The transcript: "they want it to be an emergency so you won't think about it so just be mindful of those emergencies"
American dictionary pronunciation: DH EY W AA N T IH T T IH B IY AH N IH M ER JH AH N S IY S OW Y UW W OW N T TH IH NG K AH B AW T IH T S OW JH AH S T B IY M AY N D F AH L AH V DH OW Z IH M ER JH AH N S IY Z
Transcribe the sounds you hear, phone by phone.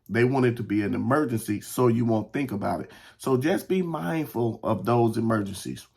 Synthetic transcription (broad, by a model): DH EY W AA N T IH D T IH B IY AH N IH M ER JH AH N S IY S OW Y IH W OW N TH IH NG K AH B AW T IH T S OW JH AH S B IY M AY N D F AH L AH V DH OW Z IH M ER JH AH N S IY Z